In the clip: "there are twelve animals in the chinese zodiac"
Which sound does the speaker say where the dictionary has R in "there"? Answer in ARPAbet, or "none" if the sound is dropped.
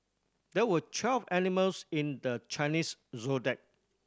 W